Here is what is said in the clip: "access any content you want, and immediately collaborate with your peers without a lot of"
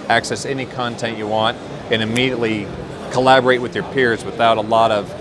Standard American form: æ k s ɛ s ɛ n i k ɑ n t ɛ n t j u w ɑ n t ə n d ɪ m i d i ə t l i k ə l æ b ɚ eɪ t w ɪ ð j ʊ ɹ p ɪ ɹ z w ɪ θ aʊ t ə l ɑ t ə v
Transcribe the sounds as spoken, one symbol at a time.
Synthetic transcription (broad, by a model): æ k s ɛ s ɛ n i k ɑ n t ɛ n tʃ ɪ w ɑ n t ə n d ɪ m i d i ə t l i k ə l æ b ɚ eɪ t w ɪ ð j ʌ ɹ p ɪ ɹ z w ɪ θ aʊ t ə l ɑ t ə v